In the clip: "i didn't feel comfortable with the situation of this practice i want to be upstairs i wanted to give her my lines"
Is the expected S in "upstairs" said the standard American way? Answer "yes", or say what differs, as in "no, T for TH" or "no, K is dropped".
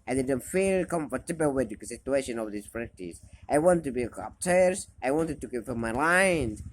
no, S is dropped